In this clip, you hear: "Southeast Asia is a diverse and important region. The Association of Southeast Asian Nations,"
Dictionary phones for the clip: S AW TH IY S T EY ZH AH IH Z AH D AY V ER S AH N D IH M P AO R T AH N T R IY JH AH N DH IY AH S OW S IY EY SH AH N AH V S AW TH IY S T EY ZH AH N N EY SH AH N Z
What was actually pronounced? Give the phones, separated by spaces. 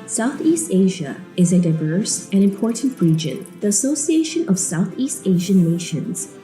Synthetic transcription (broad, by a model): S AW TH IY S T EY ZH AH IH Z AH D AY V ER S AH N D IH M P AO R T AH N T R IY JH AH N DH IY AH S OW S IY EY SH AH N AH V S AW TH IY S T EY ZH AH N N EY SH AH N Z